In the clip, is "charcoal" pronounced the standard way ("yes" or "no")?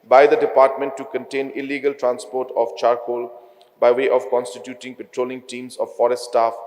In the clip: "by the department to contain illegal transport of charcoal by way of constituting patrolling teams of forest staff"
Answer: yes